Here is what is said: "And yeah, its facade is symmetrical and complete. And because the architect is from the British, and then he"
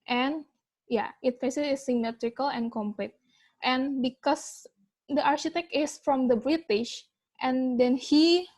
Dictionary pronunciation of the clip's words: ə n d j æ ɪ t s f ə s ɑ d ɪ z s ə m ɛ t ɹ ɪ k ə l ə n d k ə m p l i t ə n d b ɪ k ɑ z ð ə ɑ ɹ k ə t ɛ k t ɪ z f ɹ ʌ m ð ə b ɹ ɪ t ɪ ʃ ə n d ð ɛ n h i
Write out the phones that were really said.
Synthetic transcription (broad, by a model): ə n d j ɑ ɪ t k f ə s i ɪ s ə m ɛ t ɹ ɪ k ə l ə n k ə m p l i t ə n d b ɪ k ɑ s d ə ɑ ɹ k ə t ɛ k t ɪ s f ɹ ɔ m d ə b ɹ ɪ t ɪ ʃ ə n d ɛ n h i